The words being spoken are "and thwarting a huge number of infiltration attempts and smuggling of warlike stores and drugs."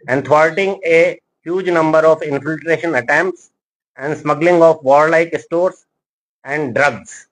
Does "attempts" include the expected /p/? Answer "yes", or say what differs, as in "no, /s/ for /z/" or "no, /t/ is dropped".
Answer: yes